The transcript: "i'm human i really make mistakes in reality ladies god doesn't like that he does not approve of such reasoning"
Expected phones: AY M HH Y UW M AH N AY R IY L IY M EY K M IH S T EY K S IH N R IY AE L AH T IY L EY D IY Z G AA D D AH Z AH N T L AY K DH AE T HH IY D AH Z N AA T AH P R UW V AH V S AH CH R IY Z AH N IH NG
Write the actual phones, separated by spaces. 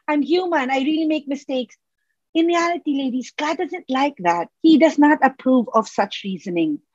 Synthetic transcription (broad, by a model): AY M HH Y UW M AH N AY R IY L IY M EY K M IH S T EY K S IH N R IY AE L AH T IY L EY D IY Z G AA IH D AH Z AH N T L AY K DH AE T HH IY D AH Z N AA T AH P R UW V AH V S AH CH R IY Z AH N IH NG